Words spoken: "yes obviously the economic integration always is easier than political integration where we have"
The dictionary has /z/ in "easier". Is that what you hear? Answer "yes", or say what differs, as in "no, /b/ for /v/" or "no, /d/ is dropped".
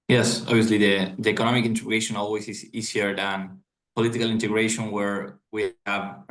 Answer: no, /s/ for /z/